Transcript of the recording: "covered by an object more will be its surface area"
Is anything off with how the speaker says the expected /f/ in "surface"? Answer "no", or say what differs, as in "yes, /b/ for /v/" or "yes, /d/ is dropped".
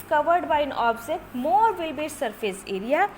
yes, /p/ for /f/